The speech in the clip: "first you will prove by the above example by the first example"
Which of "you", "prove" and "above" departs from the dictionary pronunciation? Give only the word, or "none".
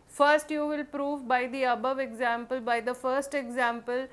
none